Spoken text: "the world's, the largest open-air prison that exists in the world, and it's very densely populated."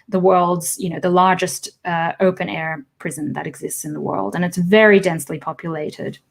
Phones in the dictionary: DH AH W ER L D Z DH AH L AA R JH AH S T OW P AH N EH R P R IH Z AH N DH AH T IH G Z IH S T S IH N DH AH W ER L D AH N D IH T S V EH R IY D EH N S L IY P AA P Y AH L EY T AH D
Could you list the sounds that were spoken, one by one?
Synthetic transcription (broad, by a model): DH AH W ER L D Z DH AH L AA R JH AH S T OW P AH N EH R P R IH Z AH N DH AH T IH G Z IH S T S IH N DH AH W ER L D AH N IH T S V EH R IY D EH N S L IY P AA P Y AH L EY T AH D